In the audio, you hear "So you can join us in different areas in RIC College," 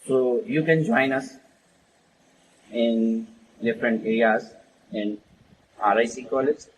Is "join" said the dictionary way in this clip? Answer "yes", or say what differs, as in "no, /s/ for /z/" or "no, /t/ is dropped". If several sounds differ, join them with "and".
yes